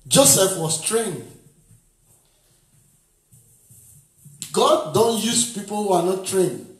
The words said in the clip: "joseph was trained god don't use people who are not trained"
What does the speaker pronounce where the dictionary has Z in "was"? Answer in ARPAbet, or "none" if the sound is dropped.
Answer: S